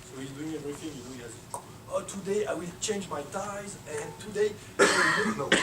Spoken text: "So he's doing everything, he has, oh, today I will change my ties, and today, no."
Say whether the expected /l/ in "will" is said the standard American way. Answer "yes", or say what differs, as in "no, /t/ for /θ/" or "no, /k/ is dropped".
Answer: yes